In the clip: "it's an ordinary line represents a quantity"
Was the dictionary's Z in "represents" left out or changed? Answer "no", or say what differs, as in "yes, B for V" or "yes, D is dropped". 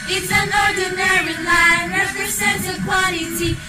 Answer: yes, S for Z